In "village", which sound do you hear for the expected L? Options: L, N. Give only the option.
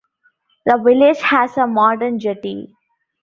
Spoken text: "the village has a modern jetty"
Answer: L